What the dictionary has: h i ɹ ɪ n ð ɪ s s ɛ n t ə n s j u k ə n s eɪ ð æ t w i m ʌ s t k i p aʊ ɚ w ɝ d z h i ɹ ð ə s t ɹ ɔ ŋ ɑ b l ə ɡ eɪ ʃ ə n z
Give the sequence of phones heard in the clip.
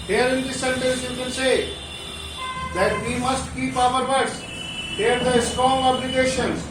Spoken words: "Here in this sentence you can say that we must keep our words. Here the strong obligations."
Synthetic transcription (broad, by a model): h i ɹ ɪ n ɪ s s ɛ n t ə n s j u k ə l s eɪ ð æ t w i m ʌ s t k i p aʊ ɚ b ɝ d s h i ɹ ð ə s t ɹ ɔ ŋ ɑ b l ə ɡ eɪ ʃ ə n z